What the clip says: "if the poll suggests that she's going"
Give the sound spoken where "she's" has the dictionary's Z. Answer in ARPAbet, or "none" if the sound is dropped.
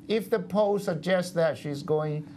Z